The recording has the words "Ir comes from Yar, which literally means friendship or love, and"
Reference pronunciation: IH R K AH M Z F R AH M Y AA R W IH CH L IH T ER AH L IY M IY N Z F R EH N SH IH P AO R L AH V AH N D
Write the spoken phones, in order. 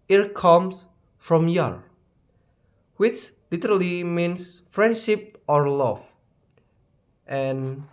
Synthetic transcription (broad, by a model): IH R K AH M S F R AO M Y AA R W IH CH L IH T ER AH L IY M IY N S F R EH N SH IH P AO R L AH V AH N